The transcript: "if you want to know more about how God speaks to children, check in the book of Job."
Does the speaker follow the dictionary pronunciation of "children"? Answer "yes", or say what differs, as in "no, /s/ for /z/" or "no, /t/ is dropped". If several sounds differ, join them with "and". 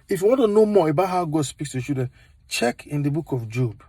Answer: no, /l/ is dropped